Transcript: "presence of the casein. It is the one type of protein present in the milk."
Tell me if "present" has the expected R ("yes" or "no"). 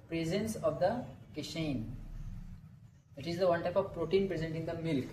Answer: yes